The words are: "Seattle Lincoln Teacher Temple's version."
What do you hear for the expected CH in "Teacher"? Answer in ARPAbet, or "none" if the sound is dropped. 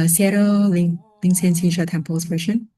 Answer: SH